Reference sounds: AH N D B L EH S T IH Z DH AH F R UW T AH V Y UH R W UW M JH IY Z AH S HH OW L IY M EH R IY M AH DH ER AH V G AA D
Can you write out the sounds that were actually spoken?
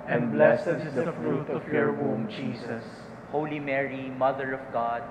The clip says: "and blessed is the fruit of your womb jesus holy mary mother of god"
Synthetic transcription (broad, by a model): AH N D B L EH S IH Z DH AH F R UW T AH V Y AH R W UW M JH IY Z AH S HH OW L IY M EH R IY M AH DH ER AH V G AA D